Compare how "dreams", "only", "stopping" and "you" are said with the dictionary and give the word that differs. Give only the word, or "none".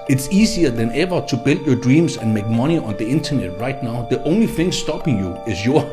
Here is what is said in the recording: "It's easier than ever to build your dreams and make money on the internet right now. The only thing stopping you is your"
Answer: dreams